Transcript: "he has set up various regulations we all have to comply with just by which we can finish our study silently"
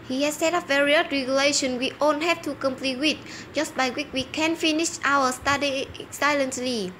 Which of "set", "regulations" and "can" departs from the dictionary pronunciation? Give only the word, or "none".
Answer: regulations